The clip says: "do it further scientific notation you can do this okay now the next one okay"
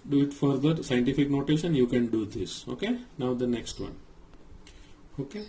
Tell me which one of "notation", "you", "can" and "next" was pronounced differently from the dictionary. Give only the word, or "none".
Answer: notation